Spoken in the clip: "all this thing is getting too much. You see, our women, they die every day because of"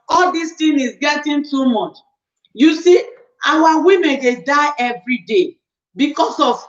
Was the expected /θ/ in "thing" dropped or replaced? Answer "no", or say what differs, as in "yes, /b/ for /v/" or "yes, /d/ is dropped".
yes, /t/ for /θ/